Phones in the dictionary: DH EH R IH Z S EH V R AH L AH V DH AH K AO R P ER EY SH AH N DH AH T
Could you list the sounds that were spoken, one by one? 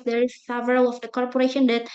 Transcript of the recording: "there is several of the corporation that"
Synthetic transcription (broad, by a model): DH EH R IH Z S EH V R AH L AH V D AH K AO R P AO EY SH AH N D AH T